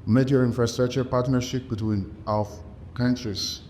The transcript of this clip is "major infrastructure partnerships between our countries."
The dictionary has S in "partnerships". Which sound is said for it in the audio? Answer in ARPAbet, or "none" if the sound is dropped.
none